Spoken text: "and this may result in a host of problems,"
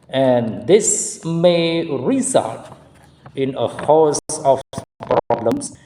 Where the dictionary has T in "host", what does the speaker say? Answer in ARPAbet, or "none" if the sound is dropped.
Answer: none